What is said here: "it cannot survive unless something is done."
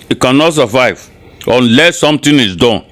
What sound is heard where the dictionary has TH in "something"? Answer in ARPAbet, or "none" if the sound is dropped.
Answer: T